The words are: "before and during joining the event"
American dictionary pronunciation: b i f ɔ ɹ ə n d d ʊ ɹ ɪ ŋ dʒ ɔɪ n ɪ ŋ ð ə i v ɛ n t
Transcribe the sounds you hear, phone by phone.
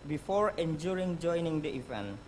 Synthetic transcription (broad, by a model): b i f ɔ ɹ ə n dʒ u ɹ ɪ ŋ dʒ ɔɪ n ɪ ŋ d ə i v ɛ n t